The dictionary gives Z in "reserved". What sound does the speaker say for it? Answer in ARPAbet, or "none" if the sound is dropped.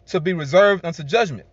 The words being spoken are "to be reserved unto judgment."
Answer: Z